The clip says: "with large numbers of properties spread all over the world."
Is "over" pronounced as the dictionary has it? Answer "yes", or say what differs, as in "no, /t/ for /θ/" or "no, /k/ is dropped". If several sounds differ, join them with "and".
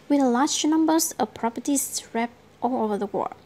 yes